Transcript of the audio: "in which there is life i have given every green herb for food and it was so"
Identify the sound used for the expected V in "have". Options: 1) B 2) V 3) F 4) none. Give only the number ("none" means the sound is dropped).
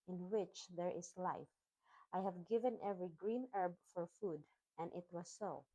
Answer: 2